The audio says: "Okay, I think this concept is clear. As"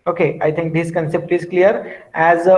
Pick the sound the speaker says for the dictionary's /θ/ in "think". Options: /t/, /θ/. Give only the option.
/t/